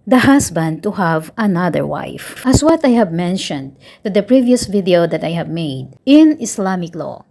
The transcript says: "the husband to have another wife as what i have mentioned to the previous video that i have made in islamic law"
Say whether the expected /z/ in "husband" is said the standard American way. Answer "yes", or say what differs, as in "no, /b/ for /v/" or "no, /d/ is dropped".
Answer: no, /s/ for /z/